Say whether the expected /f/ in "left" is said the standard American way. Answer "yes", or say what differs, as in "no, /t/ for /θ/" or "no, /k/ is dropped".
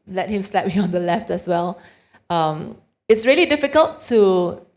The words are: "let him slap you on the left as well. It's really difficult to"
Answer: yes